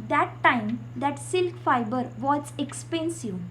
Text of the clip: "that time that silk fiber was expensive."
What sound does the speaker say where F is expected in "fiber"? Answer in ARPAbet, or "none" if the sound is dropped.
F